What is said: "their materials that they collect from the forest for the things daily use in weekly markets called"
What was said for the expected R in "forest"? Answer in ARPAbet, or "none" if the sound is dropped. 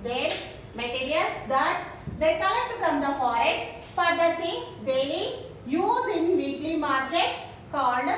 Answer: R